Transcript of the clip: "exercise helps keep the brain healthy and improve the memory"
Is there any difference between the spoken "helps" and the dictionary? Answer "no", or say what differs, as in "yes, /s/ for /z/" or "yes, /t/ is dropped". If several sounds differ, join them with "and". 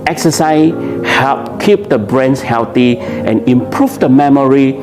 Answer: yes, /s/ is dropped